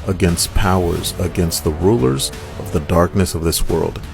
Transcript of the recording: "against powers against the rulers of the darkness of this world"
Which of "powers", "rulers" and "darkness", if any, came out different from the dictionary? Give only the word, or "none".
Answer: none